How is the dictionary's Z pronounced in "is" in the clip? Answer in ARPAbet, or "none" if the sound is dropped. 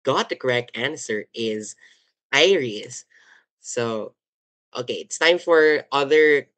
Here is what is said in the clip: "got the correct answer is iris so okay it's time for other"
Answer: Z